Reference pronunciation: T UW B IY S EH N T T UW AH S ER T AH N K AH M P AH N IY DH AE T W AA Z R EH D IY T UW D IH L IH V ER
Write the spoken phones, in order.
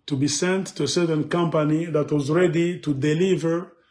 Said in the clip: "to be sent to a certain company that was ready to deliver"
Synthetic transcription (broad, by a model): T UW B IY S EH N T T UW AH S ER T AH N K AH M P AH N IY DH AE T W AA Z R EH D IY T UW D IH L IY V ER